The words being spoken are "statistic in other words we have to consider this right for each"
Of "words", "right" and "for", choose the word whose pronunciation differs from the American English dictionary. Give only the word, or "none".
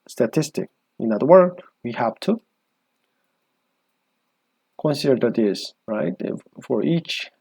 words